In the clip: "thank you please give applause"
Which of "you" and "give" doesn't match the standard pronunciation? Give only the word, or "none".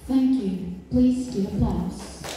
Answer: give